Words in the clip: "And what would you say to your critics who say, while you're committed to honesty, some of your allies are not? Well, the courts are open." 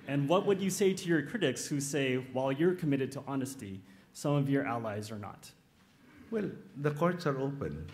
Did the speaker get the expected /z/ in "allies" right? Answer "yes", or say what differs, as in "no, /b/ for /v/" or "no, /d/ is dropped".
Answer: yes